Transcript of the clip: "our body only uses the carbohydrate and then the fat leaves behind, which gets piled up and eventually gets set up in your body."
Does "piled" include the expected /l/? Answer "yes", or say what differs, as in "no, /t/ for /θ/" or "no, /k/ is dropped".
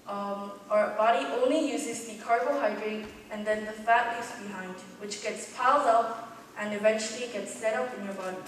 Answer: yes